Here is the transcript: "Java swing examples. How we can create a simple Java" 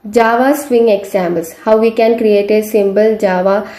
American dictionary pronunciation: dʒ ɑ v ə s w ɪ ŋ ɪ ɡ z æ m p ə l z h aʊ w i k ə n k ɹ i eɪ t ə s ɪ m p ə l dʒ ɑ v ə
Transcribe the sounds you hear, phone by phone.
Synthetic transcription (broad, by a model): dʒ ɑ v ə s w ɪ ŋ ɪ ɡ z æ m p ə l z h aʊ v i k ə n k ɹ i eɪ t ə s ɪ m b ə l dʒ ɑ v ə